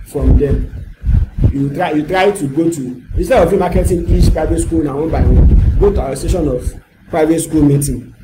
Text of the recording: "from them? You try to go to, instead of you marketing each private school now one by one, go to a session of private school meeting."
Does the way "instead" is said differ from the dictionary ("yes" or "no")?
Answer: yes